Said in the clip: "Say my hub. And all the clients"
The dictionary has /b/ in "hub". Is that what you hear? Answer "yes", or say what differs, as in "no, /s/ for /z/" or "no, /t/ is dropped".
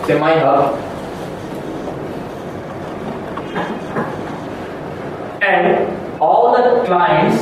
no, /b/ is dropped